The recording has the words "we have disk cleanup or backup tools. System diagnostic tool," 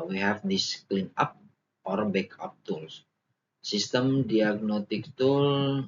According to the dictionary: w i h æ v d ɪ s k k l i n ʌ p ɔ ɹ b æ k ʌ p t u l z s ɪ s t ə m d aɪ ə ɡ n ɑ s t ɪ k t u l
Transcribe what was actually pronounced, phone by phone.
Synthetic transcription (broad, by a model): w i h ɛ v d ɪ s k k l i n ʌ p ɔ ɹ b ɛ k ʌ p t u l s s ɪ s t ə m d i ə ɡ n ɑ t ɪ k t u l